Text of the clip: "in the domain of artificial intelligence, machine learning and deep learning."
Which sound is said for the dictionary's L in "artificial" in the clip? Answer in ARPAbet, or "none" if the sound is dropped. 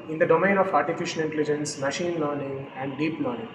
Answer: N